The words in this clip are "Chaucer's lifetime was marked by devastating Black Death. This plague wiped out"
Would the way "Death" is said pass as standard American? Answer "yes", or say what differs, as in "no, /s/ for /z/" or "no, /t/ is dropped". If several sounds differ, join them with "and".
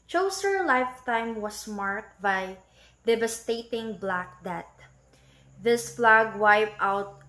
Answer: no, /t/ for /θ/